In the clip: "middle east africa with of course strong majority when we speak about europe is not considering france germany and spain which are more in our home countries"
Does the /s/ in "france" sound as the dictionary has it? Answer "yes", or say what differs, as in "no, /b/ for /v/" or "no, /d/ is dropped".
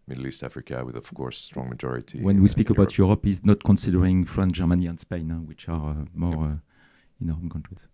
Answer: no, /s/ is dropped